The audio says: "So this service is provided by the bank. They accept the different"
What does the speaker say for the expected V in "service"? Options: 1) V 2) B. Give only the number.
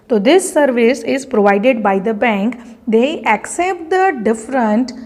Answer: 1